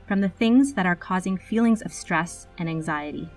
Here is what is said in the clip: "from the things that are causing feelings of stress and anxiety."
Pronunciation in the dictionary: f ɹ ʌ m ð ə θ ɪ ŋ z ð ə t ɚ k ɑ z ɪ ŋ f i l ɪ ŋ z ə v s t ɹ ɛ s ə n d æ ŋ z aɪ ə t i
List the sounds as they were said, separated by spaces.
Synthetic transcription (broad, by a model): f ɹ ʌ m ð ə θ ɪ ŋ z ð ə t ɚ k ɑ z ɪ ŋ f i l ɪ ŋ z ə v s t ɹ ɛ s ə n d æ ŋ z aɪ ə t i